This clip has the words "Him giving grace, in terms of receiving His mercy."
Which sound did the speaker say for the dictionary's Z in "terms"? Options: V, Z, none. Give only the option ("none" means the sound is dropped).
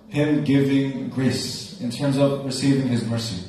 Z